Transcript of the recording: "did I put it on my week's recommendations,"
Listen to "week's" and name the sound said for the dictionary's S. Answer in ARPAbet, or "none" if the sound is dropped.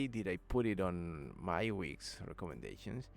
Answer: S